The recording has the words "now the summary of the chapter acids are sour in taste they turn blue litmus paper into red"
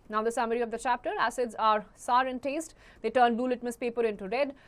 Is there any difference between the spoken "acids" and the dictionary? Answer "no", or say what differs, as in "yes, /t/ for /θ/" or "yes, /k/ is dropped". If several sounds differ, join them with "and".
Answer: no